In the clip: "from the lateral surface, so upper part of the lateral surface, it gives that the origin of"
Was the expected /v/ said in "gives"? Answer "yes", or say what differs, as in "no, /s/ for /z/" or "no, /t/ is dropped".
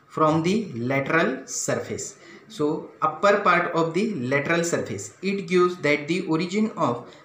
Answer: no, /v/ is dropped